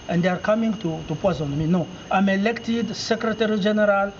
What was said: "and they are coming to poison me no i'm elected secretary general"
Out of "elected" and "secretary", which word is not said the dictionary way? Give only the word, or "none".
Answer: none